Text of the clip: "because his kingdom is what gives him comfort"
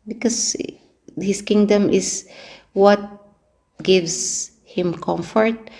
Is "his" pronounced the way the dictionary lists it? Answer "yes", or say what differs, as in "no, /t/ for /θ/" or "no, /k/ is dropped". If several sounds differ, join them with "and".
no, /s/ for /z/